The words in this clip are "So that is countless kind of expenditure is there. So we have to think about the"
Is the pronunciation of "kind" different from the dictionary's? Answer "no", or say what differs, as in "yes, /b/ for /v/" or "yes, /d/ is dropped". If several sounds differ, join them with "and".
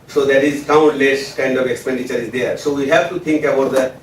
no